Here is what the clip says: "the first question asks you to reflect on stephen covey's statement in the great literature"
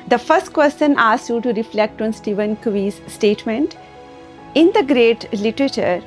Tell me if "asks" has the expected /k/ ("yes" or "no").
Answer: no